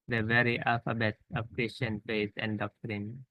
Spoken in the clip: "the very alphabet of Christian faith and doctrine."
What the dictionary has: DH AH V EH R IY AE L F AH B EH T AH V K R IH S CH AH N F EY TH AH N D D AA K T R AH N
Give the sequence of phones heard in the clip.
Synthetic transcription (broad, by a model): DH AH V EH R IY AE L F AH B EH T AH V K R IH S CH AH N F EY S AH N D D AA K T R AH N